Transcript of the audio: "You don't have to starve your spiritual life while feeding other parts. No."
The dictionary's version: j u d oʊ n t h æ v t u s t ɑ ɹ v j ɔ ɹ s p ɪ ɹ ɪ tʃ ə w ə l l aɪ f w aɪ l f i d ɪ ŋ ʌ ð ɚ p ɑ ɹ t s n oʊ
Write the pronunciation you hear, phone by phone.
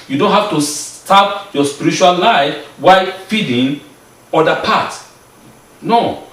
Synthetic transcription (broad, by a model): j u d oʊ n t h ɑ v t u s t ɑ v j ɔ s p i ɹ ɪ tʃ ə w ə l l aɪ f w aɪ f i d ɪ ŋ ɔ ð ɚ p ɑ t n oʊ